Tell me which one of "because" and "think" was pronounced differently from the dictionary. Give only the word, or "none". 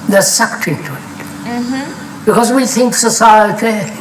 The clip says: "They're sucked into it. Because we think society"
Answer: none